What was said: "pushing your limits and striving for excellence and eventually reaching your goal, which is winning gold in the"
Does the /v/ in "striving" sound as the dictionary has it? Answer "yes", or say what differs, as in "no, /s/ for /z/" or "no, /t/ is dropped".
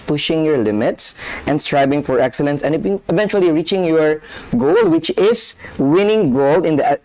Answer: no, /b/ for /v/